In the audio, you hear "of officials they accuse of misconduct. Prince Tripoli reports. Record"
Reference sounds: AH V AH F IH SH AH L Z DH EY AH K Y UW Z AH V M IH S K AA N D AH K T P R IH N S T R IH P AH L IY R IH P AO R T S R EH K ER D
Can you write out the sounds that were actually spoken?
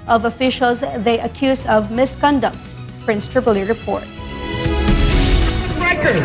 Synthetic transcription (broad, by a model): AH V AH F IH SH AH L Z DH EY AH K Y UW Z AH V M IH S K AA N D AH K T P R IH N S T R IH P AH L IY R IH P AO R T R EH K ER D